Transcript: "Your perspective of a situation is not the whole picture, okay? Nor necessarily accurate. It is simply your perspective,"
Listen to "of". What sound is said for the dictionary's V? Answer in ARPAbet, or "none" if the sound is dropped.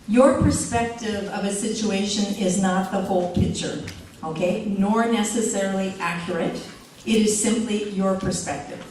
V